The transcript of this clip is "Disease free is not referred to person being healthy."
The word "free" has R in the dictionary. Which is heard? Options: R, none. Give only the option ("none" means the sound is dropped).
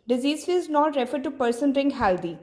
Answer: none